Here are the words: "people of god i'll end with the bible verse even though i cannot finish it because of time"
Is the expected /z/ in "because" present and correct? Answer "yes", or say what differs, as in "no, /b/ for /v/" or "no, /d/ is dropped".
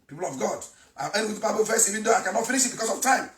no, /s/ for /z/